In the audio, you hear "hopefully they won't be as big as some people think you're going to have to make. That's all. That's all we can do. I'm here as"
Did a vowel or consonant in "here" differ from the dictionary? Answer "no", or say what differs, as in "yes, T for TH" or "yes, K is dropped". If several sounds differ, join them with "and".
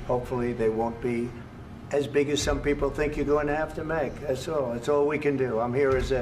no